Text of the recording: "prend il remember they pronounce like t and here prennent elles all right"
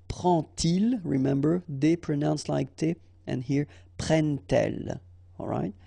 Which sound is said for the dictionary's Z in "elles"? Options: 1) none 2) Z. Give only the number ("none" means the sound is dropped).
1